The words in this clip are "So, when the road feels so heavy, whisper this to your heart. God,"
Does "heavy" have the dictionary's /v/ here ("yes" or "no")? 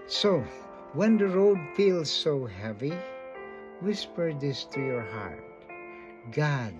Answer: yes